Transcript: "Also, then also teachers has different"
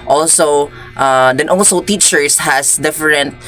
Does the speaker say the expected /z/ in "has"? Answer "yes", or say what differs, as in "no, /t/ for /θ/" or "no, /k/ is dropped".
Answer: no, /s/ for /z/